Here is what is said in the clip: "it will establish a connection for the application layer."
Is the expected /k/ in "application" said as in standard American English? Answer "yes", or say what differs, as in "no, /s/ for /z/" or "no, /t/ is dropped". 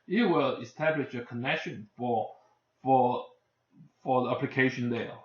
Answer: yes